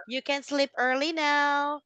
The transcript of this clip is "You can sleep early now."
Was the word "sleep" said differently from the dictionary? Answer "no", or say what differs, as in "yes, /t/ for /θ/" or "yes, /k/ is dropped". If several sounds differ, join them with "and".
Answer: no